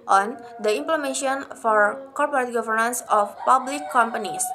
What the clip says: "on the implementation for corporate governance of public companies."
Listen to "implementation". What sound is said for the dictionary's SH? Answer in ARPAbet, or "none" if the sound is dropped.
none